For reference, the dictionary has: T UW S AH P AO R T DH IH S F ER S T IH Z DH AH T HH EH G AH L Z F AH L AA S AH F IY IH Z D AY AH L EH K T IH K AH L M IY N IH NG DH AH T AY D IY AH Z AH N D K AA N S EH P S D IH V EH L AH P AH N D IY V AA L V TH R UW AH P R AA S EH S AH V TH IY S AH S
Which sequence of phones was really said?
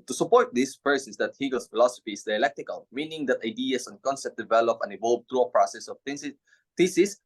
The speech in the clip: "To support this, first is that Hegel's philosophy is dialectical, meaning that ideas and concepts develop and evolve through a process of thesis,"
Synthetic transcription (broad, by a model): T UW S AH P AO R T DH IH S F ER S IH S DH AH T HH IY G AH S F AH L AA S AH F IY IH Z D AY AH L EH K T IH K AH L M IY N IH NG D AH T AY D IY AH S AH N K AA N S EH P D IH V EH L AH P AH N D IY V AA L V T R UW AH P R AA S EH S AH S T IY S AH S